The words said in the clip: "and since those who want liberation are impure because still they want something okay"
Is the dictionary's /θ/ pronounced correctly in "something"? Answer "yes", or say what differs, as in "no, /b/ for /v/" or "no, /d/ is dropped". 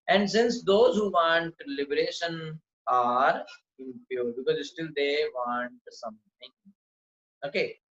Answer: no, /t/ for /θ/